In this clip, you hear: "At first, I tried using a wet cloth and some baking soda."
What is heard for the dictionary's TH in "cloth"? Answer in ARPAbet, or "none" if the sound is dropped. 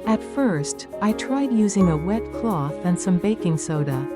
TH